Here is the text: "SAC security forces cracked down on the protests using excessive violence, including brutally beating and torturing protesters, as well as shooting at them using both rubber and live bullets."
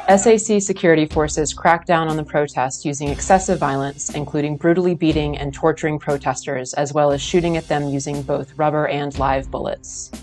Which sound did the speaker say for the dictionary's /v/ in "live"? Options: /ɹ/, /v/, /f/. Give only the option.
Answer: /v/